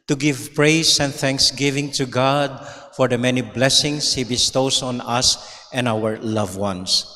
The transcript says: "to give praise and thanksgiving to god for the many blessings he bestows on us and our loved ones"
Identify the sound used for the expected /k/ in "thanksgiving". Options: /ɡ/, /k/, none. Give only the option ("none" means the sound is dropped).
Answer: /k/